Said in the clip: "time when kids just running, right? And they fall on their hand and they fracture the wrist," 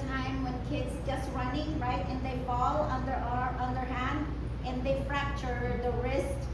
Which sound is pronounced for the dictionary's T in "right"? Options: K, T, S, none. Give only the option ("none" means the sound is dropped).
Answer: T